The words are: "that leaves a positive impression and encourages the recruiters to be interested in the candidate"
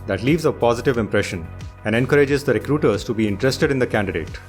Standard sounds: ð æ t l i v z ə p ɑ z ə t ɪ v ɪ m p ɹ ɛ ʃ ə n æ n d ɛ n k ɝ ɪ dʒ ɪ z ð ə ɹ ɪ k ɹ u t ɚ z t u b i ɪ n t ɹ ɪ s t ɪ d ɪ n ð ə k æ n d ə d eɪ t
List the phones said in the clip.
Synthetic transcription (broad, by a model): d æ t l i v z ə p ɑ z ə t ɪ v ɪ m p ɹ ɛ ʃ ə n æ n d ɛ n k ɝ ɪ dʒ ɪ z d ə ɹ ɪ k ɹ u t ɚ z t u b i ɪ n t ɹ ɪ s t ɪ d ɪ n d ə k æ n d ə d eɪ t